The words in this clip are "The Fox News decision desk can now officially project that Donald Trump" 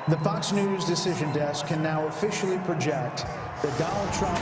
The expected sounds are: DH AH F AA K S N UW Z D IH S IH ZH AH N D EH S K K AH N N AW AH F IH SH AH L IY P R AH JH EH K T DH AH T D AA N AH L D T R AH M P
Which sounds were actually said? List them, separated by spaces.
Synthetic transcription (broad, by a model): DH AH F AA K S N UW Z D IH S IH ZH AH N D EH S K K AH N N AW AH F IH SH L IY P R AH JH EH K T DH AH T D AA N L D T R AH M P